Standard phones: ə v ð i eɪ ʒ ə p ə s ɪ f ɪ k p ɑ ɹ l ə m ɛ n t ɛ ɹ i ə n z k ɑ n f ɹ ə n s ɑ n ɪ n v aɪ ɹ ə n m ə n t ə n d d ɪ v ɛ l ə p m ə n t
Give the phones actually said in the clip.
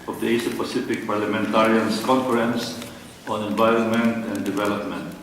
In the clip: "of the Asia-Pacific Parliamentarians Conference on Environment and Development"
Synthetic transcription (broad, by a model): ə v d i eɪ s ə p ə s ɪ f ɪ k p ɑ ɹ l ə m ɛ n t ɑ ɹ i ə n s k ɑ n f ɹ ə n s ɑ n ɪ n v aɪ ɹ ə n m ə n t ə n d d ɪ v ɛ l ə p m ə n t